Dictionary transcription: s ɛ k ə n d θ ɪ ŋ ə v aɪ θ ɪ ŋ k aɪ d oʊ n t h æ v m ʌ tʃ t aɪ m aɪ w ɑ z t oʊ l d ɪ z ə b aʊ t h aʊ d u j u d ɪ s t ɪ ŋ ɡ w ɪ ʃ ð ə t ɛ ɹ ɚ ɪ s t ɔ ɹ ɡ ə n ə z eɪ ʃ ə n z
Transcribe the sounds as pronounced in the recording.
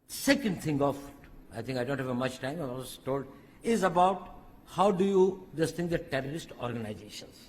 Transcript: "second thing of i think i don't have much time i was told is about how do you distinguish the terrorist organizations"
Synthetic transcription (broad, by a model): s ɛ k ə n d t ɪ ŋ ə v aɪ t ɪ ŋ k aɪ d oʊ n t h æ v m ʌ tʃ t aɪ m aɪ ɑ s t oʊ l d ɪ z ə b aʊ t h aʊ d u j u d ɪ s t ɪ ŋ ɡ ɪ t t ɛ ɹ ɚ ɪ s t ɔ ɹ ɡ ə n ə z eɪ ʃ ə n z